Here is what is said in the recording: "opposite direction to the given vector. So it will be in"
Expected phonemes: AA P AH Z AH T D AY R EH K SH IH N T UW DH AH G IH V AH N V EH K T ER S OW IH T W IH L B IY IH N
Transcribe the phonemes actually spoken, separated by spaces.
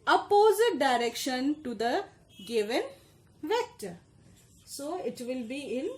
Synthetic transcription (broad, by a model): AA P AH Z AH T D AY R EH K SH IH N T UW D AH G IH V AH N V EH K T ER S OW IH T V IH L B IY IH N